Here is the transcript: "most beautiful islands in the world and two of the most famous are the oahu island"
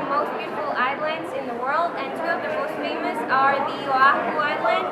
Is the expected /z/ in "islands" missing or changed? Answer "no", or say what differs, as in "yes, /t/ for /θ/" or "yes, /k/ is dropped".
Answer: no